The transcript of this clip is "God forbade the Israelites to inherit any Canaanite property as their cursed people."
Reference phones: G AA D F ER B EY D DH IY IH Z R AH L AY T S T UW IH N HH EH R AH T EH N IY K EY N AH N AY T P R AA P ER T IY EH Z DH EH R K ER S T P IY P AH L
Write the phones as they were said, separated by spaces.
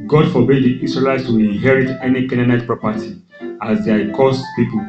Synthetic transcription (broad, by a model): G AA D F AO B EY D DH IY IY S R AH L AY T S T UW IH N HH EH R AH T EH N IY K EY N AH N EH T P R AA P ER T IY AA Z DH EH K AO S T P IY P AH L